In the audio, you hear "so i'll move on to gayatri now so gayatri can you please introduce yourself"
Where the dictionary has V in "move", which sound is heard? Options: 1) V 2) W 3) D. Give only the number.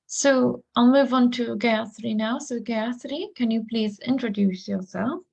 1